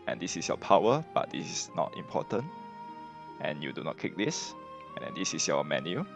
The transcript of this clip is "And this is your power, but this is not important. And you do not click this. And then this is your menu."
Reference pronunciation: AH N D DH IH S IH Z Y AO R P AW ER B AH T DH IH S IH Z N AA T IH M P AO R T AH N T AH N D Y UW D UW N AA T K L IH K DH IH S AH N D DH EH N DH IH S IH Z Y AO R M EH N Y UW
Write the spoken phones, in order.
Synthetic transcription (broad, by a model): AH N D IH S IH S Y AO P AW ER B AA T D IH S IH S N AA T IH M P AO T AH N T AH N Y UW D UW N AA T K IH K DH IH S AH N D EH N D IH S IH S Y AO M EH N Y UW